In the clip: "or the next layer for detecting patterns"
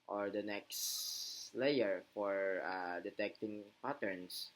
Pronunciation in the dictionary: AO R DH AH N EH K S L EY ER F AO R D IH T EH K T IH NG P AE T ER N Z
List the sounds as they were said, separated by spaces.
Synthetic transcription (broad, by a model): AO R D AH N EH K S L EY ER F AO R D IH T EH K T IH NG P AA T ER N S